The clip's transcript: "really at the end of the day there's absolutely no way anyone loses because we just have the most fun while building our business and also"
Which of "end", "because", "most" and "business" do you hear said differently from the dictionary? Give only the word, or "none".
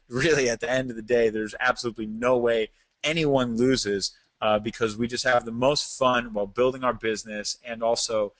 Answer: none